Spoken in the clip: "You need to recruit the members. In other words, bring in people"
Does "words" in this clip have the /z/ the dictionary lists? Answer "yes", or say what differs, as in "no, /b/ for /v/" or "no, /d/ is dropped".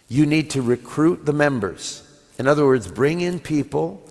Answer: yes